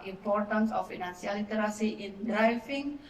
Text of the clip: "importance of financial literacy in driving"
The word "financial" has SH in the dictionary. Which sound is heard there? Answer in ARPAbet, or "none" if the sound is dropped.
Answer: S